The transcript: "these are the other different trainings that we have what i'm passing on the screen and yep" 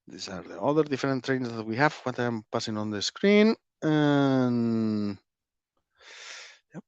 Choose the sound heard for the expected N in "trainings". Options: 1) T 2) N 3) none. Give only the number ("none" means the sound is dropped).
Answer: 3